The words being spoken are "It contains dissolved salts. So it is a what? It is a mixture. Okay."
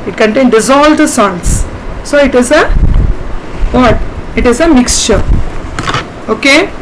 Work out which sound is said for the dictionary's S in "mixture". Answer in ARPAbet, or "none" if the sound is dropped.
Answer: S